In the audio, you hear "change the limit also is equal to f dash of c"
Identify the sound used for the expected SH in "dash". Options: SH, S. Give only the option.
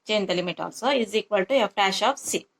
SH